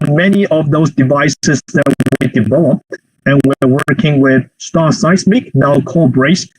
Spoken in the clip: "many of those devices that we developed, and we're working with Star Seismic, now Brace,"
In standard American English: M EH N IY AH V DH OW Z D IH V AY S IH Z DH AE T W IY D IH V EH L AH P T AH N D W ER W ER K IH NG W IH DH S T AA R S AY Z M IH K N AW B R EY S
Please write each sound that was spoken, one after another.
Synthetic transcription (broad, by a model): M EH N IY AH V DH OW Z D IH V AY S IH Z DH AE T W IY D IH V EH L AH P AH N W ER W ER K IH NG W IH DH S T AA S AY S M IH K N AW B R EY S